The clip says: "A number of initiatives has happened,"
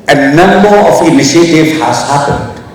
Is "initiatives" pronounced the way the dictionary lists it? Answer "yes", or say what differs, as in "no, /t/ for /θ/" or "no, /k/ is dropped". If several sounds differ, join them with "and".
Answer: no, /z/ is dropped